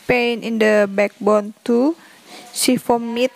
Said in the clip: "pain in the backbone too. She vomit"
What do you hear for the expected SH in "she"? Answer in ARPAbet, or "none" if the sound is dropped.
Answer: S